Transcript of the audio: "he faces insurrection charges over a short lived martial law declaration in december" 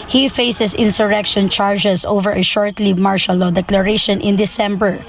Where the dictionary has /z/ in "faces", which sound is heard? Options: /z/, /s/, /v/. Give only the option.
/s/